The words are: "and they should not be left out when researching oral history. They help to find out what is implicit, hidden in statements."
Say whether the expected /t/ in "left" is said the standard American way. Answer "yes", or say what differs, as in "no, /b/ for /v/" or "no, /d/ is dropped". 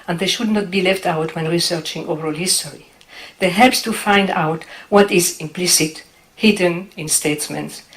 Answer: yes